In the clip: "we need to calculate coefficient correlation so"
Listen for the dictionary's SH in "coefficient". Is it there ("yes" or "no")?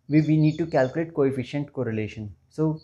yes